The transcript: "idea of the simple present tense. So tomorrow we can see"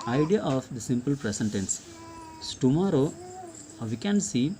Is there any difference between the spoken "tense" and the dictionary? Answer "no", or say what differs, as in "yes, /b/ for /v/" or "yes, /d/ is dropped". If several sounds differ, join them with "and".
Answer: no